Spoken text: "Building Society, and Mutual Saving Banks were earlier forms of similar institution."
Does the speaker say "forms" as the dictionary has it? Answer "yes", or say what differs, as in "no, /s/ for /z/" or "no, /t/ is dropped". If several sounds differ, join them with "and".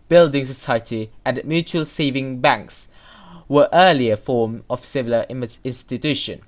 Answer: no, /z/ is dropped